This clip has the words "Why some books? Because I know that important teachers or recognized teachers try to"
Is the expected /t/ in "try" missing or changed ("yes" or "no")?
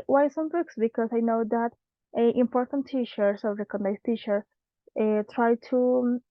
no